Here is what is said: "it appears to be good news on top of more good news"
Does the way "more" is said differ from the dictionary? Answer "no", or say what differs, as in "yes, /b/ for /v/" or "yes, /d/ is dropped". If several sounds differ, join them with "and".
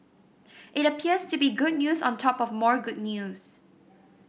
no